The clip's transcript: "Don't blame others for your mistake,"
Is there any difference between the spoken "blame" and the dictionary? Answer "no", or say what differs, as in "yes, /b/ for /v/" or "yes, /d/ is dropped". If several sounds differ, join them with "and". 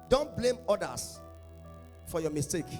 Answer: no